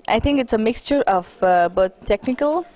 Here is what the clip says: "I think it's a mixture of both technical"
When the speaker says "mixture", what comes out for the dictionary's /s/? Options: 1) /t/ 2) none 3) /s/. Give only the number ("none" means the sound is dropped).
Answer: 3